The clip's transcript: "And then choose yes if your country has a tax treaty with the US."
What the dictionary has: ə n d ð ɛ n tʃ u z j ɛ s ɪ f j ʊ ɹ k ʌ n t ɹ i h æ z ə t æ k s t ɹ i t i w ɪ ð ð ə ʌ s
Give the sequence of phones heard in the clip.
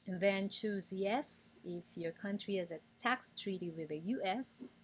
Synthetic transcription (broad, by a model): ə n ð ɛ n tʃ u z j ɛ s ɪ f j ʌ ɹ k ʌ n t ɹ i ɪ z ə t æ k s t ɹ i t i w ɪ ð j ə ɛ s